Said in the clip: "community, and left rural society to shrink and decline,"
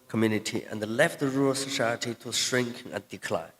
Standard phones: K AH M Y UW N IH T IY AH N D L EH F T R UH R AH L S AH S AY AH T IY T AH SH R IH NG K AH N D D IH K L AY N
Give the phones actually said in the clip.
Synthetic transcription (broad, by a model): K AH M Y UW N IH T IY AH N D L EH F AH R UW R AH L S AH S AY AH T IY T AH SH R IH NG K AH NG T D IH K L AY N